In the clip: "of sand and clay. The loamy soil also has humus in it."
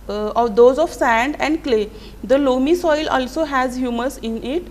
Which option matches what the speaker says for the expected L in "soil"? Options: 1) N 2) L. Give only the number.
2